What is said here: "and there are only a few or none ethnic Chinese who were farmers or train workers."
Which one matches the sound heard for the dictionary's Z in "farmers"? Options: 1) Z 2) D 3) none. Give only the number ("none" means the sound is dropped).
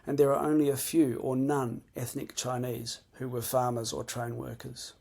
1